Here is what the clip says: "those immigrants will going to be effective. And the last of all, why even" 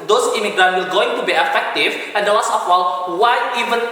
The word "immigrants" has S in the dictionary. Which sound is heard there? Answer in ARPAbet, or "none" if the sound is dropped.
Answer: none